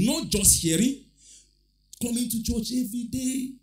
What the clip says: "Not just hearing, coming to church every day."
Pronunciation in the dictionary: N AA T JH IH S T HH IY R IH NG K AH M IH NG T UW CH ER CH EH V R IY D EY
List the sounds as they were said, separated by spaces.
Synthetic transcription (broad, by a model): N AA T JH IH S T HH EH R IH K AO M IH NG T UW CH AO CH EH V IY D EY